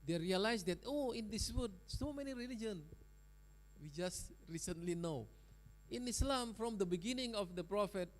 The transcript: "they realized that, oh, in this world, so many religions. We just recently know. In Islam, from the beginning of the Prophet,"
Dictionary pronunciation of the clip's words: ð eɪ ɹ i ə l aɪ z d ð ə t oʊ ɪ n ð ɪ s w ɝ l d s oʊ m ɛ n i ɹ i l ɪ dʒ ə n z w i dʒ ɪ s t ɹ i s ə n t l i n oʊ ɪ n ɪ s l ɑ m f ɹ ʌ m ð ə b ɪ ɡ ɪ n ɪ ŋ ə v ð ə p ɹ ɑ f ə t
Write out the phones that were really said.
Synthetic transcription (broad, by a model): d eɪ ɹ i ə l aɪ s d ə t oʊ ɪ n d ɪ s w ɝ d s oʊ m ɛ n i ɹ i l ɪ dʒ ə n w i dʒ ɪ s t ɹ i s ə n t l i n oʊ ɪ n ɪ s l ɑ m f ɹ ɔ m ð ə b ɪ ɡ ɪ n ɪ ŋ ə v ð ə p ɹ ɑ f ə t